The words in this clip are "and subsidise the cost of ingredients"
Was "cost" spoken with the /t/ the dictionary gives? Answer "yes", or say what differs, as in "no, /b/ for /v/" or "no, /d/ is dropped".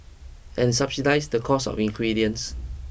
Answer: no, /t/ is dropped